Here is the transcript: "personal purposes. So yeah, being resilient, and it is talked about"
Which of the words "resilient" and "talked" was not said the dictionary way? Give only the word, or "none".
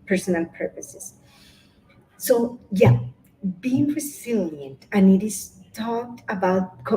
none